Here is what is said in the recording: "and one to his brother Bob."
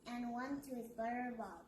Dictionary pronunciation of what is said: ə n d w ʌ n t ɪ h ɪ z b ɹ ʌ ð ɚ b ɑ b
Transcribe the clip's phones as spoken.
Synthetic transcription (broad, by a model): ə n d w ʌ n t ɪ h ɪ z b ʌ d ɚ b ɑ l